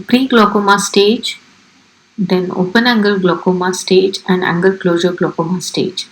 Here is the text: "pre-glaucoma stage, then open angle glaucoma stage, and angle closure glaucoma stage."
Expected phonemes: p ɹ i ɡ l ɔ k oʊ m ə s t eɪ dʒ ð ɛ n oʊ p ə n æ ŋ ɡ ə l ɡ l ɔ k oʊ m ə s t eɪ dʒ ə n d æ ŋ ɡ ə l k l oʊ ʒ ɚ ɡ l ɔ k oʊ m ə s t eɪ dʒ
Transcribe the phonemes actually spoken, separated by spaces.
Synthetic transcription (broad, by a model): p ɹ i ɡ l ɔ k oʊ m ə s t eɪ dʒ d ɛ n oʊ p ə n æ ŋ ɡ ə l ɡ l ɔ k oʊ m ə s t eɪ dʒ ə n d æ ŋ ɡ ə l k l oʊ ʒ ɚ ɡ l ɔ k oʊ m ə s t eɪ dʒ